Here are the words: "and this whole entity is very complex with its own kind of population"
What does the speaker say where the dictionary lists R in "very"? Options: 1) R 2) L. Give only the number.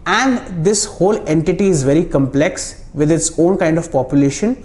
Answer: 1